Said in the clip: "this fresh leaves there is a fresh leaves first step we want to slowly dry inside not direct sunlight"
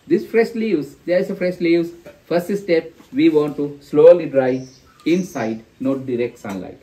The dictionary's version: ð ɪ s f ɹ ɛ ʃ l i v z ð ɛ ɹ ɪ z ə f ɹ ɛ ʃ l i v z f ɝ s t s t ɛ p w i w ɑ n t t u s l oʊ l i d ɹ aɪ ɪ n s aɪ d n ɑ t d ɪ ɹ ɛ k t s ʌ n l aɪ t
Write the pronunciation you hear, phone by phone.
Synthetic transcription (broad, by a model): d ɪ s f ɹ ɛ ʃ l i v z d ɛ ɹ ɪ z ə f ɹ ɛ ʃ l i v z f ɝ s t s t ɛ p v i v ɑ n t t u s l oʊ l i d ɹ aɪ ɪ n s aɪ d n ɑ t d ɪ ɹ ɛ k t s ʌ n l aɪ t